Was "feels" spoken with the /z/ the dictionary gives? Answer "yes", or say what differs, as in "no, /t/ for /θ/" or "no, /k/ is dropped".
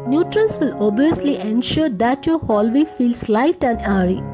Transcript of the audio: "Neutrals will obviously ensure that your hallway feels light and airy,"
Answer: no, /s/ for /z/